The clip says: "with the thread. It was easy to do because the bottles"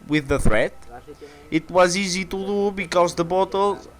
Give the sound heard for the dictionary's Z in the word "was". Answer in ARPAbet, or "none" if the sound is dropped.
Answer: Z